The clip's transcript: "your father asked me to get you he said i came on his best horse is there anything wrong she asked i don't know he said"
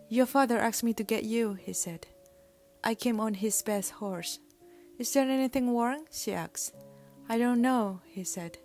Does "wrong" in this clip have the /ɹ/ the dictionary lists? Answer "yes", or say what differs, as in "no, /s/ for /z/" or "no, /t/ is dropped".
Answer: no, /w/ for /ɹ/